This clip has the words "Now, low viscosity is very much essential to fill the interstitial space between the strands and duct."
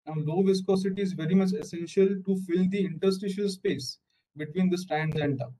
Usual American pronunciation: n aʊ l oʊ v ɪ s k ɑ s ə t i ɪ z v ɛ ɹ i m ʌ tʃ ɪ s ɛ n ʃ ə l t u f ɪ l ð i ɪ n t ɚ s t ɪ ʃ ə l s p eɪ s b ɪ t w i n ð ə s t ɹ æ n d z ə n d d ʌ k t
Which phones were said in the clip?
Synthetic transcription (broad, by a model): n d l oʊ v ɪ s k ɑ s ə t i ɪ z v ɛ ɹ i m ʌ tʃ ɪ s ɛ n ʃ ə l t u f ɪ l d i ɪ n t ɚ s t ɪ ʃ ə l s p eɪ s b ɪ t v i n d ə s t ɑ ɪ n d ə n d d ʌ